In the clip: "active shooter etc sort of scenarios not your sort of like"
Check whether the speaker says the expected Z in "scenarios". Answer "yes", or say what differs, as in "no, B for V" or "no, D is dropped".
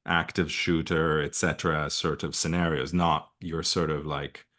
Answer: yes